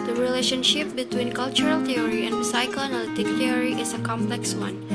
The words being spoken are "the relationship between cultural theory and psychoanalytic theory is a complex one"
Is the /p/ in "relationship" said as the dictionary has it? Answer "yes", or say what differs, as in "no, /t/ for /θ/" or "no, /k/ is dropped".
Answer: yes